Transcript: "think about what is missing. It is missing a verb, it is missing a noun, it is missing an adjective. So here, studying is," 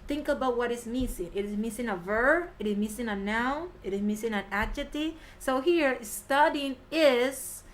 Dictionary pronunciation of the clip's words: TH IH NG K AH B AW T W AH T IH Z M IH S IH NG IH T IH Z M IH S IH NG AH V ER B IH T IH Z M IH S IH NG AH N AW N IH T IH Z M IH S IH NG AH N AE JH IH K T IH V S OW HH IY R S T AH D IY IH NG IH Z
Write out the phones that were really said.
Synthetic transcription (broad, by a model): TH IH NG K AH B AW T W AH T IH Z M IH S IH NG IH T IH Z M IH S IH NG AH V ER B IH T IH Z M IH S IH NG AH N AW N IH T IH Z M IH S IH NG AH N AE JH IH T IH S OW HH IY R S T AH D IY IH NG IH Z